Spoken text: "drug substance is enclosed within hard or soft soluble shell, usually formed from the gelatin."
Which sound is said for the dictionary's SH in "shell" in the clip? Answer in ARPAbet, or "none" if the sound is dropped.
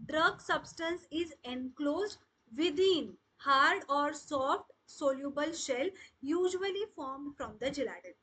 SH